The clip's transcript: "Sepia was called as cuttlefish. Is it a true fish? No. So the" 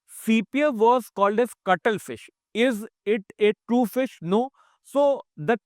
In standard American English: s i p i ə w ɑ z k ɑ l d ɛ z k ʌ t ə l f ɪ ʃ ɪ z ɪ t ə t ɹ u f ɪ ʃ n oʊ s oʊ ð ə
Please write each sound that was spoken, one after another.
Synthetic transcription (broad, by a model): s i p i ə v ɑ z k ɑ l d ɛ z k ʌ t ə l f ɪ ʃ ɪ z ɪ t ə t ɹ u f ɪ ʃ n oʊ s oʊ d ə